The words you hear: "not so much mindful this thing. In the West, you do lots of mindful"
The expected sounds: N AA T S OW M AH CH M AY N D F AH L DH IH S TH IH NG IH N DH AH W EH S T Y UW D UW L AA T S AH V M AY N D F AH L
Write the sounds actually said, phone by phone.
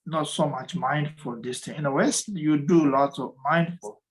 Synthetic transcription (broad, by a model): N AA T S OW M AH CH M AY N D F AH L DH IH S T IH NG IH N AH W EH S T Y UW D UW L AA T AH V M AY N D F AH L